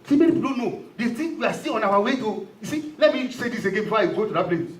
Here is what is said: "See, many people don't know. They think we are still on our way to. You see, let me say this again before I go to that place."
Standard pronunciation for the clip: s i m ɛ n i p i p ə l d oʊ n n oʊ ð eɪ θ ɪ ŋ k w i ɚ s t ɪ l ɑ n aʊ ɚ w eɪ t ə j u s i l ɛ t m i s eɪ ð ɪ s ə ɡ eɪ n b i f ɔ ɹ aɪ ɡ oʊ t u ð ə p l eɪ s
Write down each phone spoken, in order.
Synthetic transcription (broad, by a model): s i m ɛ n i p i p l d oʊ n n oʊ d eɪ t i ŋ w i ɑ s t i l ɑ n aʊ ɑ w eɪ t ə j u s i l ɛ t m i s eɪ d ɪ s ə ɡ eɪ n b i f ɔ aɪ ɡ oʊ t u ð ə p l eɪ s